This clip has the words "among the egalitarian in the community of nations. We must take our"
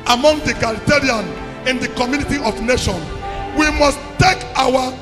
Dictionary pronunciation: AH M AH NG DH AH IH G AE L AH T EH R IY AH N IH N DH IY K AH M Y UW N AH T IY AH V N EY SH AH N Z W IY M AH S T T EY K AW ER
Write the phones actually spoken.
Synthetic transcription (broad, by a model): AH M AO NG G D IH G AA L T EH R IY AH N IH N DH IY K AH M Y UW N AH T IY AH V N EY SH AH N W IY M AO S T T EY K AW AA